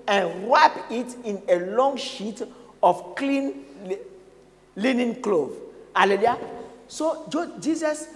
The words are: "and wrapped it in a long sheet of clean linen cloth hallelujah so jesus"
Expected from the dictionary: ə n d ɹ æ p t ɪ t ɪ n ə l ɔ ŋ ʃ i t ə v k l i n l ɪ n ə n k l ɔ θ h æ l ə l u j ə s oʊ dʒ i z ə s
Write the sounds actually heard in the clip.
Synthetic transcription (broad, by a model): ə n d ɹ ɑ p ɪ t ɪ n ə l ɔ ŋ ʃ i t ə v k l i n l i n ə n k l ɔ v h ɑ l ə l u j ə s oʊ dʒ i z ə s